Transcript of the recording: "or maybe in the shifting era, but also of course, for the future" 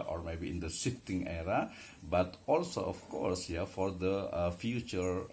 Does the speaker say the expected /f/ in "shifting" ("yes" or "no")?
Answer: no